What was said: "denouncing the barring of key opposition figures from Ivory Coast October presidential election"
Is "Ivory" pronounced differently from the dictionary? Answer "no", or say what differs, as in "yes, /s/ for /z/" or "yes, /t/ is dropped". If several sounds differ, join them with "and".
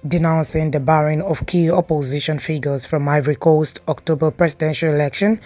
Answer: no